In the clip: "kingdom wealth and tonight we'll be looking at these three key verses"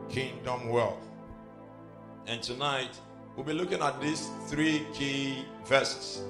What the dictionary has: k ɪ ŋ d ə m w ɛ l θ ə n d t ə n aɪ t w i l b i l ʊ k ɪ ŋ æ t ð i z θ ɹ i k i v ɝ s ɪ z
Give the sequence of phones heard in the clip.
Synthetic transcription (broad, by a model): k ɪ ŋ d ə m w ɛ l θ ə n t ə n aɪ t w i l b i l ʊ k ɪ ŋ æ t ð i s θ ɹ i k i v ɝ s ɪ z